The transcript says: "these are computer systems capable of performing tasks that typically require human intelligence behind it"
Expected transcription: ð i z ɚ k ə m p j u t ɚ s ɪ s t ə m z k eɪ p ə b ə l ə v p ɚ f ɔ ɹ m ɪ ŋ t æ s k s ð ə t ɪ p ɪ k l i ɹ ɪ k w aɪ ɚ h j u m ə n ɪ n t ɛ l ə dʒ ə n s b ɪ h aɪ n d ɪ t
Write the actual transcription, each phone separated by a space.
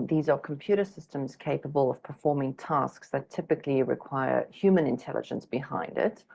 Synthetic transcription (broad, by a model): ð i z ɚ k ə m p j u t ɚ s ɪ s t ə m z k eɪ p ə b ə l ə v p ɚ f ɔ ɹ m ɪ ŋ t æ s k s ð ə t ɪ p ɪ k l i ɹ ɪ k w aɪ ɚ h j u m ə n ɪ n t ɛ l ə dʒ ə n s b ɪ h aɪ n d ɪ t